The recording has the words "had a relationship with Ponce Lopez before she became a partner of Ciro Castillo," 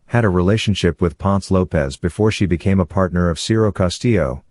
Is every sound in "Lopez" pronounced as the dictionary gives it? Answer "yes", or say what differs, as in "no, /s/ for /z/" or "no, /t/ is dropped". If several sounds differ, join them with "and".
yes